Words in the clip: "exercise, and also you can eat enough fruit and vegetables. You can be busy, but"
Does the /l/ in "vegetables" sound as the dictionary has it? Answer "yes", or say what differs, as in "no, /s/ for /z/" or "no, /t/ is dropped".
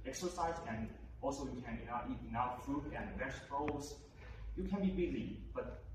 no, /l/ is dropped